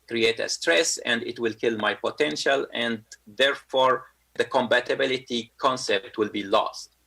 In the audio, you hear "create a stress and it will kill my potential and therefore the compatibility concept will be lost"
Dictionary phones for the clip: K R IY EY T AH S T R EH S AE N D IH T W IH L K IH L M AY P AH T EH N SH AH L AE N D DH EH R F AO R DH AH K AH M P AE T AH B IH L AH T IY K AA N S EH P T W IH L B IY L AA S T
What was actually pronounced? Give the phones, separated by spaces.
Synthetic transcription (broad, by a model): K R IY EY T AH S T R EH S AE N D IH T W IH L K IH L M AY P AH T EH N SH AH L AE N D DH EH R F AO R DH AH K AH M B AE T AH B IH L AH T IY K AA N S EH P T W IH L B IY L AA S T